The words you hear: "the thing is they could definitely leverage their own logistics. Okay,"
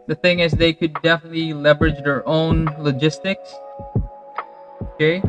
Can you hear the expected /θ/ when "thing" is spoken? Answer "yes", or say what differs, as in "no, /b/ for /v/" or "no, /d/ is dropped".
yes